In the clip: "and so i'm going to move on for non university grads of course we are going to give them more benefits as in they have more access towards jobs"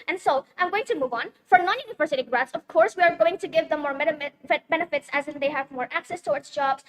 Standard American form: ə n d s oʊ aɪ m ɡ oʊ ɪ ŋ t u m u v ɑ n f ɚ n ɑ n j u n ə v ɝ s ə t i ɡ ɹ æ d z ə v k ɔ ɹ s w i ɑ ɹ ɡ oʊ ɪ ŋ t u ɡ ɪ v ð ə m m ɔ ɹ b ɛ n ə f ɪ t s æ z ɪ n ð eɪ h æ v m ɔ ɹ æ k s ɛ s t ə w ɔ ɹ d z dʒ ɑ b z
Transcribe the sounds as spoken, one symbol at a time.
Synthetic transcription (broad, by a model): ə n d s oʊ aɪ m ɡ oʊ ɪ ŋ t u m u v ɑ n f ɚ n ɑ n j u n ə v ɝ s ə t i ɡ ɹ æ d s ə v k ɔ ɹ s w i ɑ ɹ ɡ oʊ ɪ ŋ t u ɡ ɪ v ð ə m m ɔ ɹ b ɛ n ə f ɪ t s æ z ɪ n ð eɪ h æ v m ɔ ɹ æ k s ɛ s t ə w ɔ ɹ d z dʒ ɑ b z